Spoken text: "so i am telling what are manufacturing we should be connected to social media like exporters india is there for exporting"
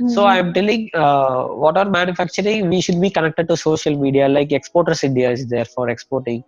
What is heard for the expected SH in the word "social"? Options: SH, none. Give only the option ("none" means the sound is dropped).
SH